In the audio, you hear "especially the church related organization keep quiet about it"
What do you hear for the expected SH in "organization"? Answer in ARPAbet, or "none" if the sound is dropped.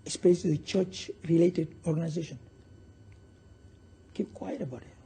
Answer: SH